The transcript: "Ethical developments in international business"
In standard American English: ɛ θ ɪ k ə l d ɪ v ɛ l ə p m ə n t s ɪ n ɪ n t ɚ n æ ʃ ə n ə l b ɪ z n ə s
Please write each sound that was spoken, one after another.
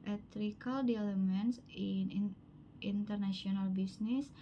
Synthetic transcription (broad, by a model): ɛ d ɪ k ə l d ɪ ɛ l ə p m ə n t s ɪ n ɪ n t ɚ n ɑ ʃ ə n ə l b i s n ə s